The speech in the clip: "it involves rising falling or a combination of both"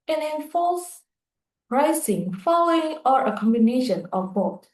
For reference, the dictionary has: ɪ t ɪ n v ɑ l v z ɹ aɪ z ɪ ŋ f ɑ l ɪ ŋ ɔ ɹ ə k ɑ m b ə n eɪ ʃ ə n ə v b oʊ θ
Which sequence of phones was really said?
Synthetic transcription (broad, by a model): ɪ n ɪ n f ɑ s ɹ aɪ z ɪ ŋ f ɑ l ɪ ŋ ɔ ɹ ə k ɑ m b ə n eɪ ʃ ə n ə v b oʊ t